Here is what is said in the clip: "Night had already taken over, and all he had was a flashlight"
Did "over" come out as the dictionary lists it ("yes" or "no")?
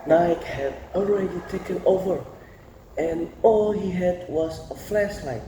yes